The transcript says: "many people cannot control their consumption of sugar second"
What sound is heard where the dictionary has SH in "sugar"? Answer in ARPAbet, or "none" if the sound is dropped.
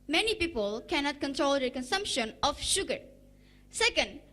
SH